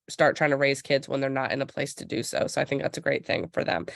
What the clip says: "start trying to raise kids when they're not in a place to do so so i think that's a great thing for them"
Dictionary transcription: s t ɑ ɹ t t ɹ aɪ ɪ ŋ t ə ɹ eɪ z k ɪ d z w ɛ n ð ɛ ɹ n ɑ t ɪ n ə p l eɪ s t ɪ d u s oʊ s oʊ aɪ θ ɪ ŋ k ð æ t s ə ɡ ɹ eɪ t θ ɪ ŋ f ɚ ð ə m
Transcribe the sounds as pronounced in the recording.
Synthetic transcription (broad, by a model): s t ɑ ɹ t t ɹ aɪ ɪ ŋ t ə ɹ eɪ z k ɪ d z w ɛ n ð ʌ ɹ n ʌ t ɪ n ə p l eɪ s t ɪ d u s oʊ s oʊ aɪ θ ɪ ŋ k ð æ t s ə ɡ ɹ eɪ t θ ɪ ŋ f ɚ ð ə m